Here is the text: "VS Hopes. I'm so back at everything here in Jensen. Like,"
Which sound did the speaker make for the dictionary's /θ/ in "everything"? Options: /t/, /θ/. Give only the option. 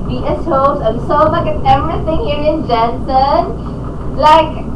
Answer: /t/